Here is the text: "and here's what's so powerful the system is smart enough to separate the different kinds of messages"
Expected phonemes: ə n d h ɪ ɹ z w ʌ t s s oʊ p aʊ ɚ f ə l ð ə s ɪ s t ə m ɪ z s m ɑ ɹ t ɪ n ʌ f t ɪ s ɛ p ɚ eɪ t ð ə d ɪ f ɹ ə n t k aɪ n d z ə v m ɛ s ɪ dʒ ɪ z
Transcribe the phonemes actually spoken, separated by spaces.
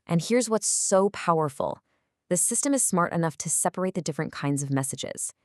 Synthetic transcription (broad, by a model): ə n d h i ɹ z w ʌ t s s oʊ p aʊ ɚ f l ð ə s ɪ s t ə m ɪ z s m ɑ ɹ t ɪ n ʌ f t ɪ s ɛ p ɚ eɪ t ð ə d ɪ f ɹ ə n k aɪ n d z ə v m ɛ s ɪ dʒ ɪ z